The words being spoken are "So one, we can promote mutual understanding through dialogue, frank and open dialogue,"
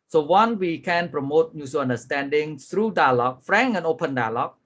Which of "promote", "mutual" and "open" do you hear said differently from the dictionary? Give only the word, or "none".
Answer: mutual